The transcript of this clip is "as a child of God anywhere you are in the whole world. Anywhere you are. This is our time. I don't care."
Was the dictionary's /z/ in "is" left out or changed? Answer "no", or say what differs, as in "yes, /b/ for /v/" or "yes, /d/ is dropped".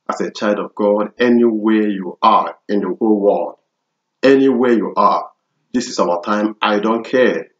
yes, /s/ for /z/